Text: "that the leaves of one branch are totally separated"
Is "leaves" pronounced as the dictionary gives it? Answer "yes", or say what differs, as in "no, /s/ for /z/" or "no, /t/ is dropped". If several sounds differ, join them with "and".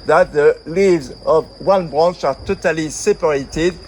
yes